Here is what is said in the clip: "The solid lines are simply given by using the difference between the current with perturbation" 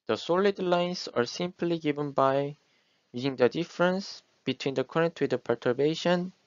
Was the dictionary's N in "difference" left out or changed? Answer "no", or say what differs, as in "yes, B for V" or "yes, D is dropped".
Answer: no